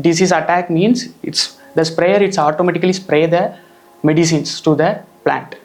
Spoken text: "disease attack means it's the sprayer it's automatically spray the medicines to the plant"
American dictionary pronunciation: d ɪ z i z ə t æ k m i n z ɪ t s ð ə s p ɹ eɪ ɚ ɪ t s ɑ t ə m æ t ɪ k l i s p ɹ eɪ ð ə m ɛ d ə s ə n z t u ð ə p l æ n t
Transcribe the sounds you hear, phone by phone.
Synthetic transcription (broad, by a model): d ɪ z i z ə t æ k m i n s ɪ t s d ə s p ɹ eɪ ɚ ɪ t s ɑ t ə m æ t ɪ k l i s p ɹ eɪ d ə m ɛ d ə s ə n s t u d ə p l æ n t